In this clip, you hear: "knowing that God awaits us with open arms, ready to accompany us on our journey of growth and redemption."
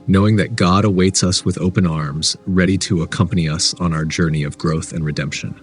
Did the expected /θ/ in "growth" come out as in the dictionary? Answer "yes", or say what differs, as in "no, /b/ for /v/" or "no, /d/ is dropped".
yes